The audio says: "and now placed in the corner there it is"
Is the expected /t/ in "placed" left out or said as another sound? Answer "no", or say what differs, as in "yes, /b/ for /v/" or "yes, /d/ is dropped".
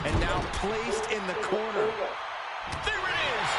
no